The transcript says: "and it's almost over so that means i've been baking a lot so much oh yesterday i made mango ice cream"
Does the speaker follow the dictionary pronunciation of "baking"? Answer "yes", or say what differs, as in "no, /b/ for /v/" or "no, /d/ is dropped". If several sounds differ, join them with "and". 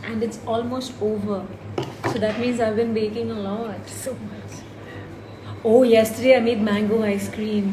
yes